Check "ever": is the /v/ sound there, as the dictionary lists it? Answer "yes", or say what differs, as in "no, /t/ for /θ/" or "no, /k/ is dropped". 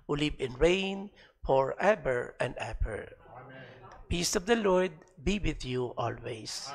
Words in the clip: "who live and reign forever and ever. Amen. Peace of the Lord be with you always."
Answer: no, /b/ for /v/